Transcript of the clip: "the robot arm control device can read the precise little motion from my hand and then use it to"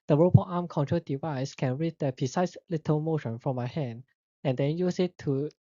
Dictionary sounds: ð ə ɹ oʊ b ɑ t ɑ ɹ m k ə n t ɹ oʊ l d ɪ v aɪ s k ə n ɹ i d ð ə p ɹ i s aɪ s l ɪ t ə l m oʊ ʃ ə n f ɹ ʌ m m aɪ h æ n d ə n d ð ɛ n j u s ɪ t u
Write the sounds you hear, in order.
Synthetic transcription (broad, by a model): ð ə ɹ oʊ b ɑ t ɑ m k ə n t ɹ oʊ d ɪ v aɪ s k ə n ɹ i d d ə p i s aɪ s l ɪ t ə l m oʊ ʃ ə n f ɹ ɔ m m aɪ h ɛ n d ə n d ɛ n j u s ɪ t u